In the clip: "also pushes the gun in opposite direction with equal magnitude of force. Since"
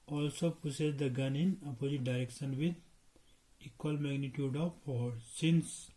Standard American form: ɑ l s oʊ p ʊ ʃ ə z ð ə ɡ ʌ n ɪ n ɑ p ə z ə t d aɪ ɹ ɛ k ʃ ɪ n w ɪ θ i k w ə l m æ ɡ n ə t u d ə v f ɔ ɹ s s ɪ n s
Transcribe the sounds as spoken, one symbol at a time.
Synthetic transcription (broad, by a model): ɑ l s oʊ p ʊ s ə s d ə ɡ ʌ n ɪ n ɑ p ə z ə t d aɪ ɹ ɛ k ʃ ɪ n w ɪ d i k w ə l m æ ɡ n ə t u d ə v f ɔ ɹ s s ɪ n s